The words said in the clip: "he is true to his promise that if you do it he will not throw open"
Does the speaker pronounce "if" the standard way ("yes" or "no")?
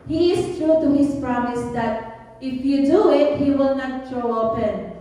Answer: yes